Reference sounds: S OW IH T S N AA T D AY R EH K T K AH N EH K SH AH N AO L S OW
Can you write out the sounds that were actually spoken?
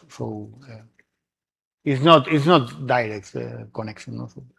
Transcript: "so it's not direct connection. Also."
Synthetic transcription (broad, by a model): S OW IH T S N AA T D AY R EH K T K AH N EH K SH AH N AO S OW